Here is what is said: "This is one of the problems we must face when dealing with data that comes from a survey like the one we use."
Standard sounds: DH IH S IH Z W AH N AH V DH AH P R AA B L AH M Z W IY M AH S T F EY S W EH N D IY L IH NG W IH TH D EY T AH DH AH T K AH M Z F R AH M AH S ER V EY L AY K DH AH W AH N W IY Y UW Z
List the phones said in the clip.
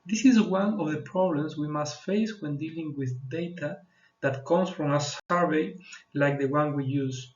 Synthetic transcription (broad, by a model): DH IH S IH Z W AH N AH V DH AH P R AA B L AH M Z W IY M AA S T F EY S W EH N D IY L IH NG W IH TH D EY T AH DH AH T K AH M S F R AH M AH S ER V EY L AY K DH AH W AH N W IY Y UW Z